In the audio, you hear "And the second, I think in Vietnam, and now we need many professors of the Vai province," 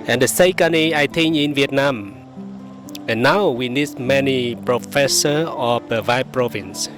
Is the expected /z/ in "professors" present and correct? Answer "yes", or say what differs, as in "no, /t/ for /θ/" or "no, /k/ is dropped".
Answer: no, /z/ is dropped